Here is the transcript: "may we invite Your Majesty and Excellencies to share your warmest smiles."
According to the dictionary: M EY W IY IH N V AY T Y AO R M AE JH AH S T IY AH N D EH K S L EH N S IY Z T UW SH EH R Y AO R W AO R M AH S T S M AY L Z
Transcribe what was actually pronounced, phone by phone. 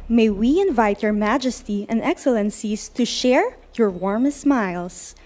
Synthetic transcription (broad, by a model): M EY W IY IH N V AY T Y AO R M AE JH AH S T IY AH N D EH K S L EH N S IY S T UW SH EH R Y AO R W AO R M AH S S M AY L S